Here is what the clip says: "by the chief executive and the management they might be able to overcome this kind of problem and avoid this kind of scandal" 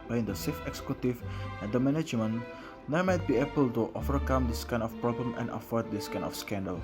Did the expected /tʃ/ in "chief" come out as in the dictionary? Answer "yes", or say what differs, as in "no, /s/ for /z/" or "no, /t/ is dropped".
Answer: no, /s/ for /tʃ/